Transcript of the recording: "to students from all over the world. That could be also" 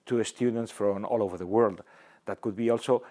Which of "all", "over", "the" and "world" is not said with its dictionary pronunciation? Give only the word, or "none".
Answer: none